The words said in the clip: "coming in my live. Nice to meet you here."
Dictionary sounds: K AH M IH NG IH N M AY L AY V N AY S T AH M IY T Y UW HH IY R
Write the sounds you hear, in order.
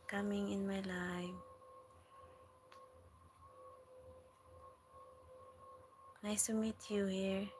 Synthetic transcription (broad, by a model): K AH M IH NG IH N M AY L AY F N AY S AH M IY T Y UW HH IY R